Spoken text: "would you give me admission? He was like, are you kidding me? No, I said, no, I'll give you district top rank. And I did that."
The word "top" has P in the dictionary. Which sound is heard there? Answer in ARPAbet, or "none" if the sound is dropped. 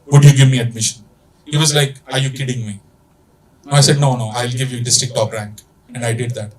F